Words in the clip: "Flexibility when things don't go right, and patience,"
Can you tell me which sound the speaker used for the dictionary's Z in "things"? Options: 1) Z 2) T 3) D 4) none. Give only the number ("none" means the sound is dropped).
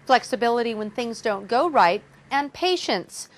1